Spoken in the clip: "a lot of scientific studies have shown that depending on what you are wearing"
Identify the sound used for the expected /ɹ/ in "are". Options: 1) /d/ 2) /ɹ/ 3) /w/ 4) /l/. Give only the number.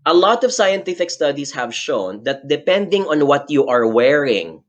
2